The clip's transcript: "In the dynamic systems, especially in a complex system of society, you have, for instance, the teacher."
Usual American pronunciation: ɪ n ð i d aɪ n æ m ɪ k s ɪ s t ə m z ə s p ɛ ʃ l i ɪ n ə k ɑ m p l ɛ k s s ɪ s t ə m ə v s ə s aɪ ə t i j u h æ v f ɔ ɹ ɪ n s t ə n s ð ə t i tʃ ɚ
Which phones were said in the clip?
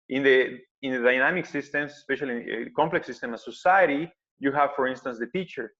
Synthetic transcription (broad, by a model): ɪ n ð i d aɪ n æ m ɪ k s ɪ s t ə m s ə s p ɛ ʃ i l ə k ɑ m p l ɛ k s s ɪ s t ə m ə s ə s aɪ ə t i j u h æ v f ɔ ɹ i n s t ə n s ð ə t i tʃ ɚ